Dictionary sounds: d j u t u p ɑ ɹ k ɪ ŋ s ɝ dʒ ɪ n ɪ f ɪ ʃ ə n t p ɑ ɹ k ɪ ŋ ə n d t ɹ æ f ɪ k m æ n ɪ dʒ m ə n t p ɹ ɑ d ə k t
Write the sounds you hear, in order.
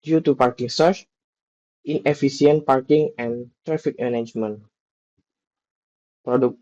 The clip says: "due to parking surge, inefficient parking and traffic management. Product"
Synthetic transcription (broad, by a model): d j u t u p ɑ ɹ k ɪ ŋ s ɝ tʃ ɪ n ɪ f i s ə n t p ɑ ɹ k ɪ ŋ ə n t ɹ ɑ f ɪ k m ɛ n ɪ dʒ m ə n p ɹ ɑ d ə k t